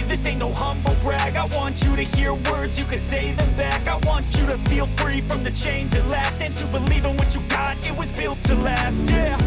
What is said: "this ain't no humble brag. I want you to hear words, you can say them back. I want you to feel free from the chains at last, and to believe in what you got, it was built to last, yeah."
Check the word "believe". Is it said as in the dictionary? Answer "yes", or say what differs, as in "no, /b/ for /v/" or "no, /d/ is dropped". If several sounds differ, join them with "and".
yes